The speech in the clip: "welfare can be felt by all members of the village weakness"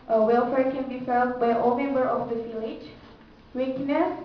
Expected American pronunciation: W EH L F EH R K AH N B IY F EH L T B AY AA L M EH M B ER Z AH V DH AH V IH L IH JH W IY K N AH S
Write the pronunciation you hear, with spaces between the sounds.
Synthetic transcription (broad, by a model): W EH L F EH R K AH N B IY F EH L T B AY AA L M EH M B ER AH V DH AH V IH L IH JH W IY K N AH S